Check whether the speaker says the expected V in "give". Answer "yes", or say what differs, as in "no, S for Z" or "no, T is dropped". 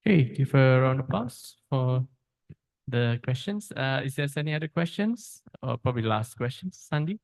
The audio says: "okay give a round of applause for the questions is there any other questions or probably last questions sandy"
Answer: no, F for V